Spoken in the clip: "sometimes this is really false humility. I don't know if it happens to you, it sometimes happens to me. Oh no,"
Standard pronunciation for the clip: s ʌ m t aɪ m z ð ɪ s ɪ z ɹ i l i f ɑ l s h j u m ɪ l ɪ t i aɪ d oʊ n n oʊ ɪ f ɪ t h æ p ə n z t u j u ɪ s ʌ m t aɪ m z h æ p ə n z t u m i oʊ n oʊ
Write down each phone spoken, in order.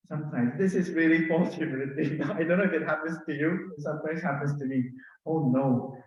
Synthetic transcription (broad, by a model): s ʌ m t aɪ m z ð ɪ s ɪ z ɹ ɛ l i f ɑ s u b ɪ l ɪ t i aɪ d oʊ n n oʊ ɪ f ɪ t h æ p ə n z t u j u s ʌ m t aɪ m z h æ p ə n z t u m i oʊ n oʊ